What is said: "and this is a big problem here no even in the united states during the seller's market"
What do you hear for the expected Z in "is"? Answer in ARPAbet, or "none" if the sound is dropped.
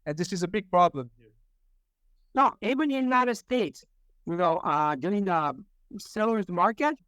Z